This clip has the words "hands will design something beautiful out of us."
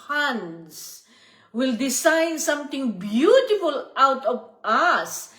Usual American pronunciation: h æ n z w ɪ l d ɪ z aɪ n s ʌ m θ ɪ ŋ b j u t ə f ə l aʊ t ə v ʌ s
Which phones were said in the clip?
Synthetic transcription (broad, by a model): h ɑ n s w ɪ l d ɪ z aɪ n s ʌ m t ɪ ŋ b j u t ə f ə l aʊ t ə v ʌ s